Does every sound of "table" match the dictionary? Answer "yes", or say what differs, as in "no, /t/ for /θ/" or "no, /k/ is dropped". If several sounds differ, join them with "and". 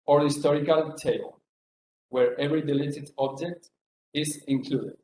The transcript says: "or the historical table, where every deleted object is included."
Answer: no, /b/ is dropped